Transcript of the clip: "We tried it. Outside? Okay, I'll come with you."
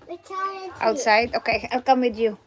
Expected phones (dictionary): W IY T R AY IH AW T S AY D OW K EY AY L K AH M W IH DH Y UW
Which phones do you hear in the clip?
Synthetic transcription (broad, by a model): T AY IH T S AY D OW K EY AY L K AH M W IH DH Y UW